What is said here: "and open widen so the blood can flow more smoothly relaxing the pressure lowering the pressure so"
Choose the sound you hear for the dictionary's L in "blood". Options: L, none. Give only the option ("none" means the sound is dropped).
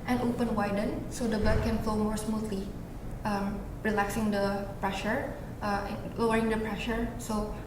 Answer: none